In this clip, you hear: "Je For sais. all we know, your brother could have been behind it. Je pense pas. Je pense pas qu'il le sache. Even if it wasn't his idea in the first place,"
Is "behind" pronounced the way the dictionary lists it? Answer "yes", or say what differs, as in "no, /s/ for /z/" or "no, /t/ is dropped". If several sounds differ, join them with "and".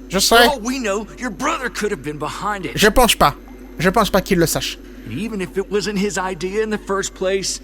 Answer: yes